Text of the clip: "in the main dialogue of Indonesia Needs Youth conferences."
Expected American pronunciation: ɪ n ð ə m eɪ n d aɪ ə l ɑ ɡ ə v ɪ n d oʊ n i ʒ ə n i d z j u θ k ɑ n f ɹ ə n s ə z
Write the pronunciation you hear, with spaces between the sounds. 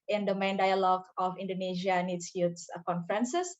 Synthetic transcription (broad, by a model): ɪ n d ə m eɪ n d aɪ ə l ɑ ɡ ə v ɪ n d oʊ n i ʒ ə n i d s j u s k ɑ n f ɹ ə n s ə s